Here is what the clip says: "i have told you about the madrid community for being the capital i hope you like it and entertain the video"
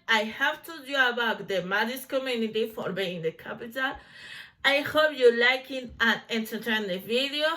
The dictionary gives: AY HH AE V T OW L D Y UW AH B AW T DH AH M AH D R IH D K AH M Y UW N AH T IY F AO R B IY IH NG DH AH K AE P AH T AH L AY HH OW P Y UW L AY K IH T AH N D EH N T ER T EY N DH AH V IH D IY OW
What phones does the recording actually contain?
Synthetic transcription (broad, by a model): AY HH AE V T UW D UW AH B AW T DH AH M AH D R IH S K AH M Y UW N AH T IY F AO R B IY IH NG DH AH K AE P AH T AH L AY HH OW P Y UW L AY K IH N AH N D EH N T ER T EY N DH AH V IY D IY OW